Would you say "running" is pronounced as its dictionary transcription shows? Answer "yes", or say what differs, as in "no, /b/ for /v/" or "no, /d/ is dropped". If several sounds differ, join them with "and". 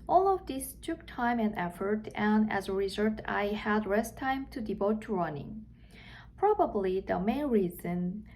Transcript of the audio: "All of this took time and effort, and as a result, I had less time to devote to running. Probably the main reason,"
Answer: yes